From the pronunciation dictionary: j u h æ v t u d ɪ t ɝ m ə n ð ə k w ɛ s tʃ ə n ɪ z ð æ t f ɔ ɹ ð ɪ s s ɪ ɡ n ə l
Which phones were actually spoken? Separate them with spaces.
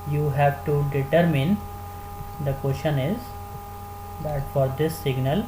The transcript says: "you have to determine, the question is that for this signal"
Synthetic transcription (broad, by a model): j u h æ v t u d ɪ t ɝ m ə n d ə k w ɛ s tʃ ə n ɪ z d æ t f ɔ ɹ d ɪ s s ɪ ɡ n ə l